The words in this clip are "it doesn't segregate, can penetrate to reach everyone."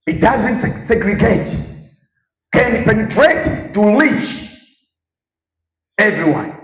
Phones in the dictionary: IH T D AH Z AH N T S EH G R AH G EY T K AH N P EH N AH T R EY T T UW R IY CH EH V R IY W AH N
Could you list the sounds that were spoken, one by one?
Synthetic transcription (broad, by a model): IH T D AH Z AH N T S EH G R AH G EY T K AH N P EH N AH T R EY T T UW L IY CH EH V R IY W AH N